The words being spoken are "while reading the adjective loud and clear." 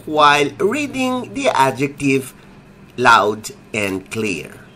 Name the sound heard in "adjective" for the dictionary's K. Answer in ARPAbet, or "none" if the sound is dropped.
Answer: K